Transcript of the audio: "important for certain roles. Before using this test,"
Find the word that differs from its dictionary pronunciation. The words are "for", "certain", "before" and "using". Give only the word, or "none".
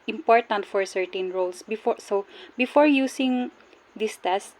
using